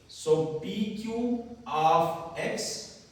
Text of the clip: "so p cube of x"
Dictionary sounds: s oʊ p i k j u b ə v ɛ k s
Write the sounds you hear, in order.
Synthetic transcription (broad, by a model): s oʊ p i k j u ə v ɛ k s